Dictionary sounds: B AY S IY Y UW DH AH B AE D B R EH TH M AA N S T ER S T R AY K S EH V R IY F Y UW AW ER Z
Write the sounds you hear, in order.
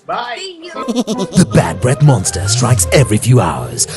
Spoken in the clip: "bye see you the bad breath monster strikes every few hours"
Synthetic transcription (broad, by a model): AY DH AH B AE D B R EH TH M AA N S T ER S T R AY K S EH V R IY F Y UW AW ER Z